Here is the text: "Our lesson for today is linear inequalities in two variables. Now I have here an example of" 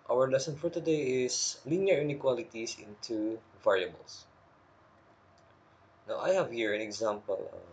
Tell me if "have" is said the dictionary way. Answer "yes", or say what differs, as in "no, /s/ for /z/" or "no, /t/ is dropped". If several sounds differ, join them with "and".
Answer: yes